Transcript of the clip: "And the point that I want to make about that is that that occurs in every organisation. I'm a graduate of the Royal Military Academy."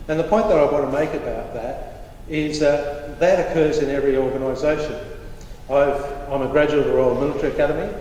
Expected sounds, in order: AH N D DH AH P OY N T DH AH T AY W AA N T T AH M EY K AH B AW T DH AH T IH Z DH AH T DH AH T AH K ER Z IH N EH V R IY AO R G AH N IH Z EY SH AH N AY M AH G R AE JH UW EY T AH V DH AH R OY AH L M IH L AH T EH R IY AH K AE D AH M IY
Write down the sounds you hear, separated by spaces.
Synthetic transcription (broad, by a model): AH N DH AH P OY N DH AH T AY W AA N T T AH M EY K AH B AW T DH AH T IH Z DH AH T DH AH T AH K ER Z IH N EH V R IY AO R G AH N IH Z EY SH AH N AY M AH G R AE JH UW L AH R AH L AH M IH L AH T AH R IY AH K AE D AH M IY